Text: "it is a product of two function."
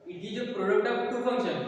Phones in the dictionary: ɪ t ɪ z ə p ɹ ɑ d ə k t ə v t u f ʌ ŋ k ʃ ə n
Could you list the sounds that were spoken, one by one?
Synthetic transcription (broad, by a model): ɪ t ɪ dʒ ə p ɹ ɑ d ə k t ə p t u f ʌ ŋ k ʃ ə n